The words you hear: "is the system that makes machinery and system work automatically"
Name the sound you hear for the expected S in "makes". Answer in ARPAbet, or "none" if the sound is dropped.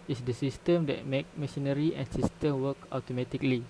none